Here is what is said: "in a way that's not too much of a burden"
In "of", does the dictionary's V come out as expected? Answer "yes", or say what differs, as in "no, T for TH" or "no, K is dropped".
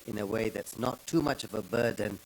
yes